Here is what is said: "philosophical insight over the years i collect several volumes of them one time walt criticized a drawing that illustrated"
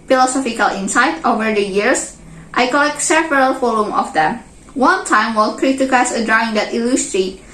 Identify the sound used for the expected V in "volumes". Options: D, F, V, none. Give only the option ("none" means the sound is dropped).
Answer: F